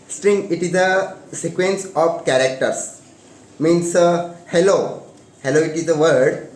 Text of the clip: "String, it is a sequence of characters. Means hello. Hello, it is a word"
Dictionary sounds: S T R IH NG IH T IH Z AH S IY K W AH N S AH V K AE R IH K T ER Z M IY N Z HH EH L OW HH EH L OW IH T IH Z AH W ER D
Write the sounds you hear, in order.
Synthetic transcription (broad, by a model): S T R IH NG IH T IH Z AH S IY K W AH N S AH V K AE R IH K T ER S M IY N S HH EH L OW HH EH L OW IH T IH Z AH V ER D